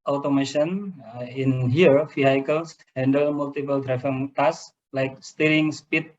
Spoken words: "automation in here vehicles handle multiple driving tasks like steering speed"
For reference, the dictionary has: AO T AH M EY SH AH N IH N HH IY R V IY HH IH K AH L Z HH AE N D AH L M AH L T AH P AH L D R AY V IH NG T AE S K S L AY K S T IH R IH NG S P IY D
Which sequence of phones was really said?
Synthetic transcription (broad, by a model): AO T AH M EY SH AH N IH N HH IY R F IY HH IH K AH L S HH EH N D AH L M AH L T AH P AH L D R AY F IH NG T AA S S L AY K S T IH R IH NG S P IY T